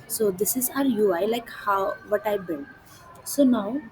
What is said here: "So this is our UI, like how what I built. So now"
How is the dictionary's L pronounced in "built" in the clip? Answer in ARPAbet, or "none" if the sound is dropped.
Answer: N